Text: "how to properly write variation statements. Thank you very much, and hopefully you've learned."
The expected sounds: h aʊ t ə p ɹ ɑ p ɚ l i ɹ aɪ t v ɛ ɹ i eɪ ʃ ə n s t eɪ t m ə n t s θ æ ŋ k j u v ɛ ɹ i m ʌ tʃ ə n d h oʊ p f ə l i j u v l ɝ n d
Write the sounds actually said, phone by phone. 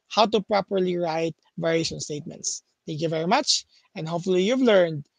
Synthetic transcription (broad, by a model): h aʊ t ə p ɹ ɑ p ɚ l i ɹ aɪ t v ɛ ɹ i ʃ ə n s t eɪ t m ə n t s t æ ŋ k j u v ɛ ɹ i m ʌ tʃ ə n d h oʊ p f ə l i j u v l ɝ n d